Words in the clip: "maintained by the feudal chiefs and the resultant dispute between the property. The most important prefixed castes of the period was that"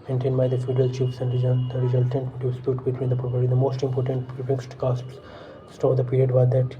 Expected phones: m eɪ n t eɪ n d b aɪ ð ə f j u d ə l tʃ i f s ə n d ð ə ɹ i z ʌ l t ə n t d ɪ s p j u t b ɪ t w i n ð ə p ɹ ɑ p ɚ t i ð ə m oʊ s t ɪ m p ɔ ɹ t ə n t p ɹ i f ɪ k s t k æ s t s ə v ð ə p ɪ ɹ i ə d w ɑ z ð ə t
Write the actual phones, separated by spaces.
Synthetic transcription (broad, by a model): m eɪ n t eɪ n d b aɪ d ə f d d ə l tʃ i p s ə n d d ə ɹ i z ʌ l t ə n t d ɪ s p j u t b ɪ t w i n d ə p ɹ ɑ p ɚ t i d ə m oʊ s t ɪ m p ɔ ɹ t ə n t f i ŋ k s t k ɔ s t s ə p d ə p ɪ ɹ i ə d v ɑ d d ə t